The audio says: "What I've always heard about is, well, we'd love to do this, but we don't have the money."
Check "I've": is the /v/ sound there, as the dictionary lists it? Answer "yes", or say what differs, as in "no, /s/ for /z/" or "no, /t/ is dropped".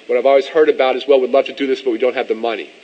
yes